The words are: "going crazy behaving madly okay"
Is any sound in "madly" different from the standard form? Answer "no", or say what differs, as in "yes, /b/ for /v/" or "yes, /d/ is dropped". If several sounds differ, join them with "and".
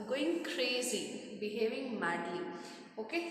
yes, /l/ is dropped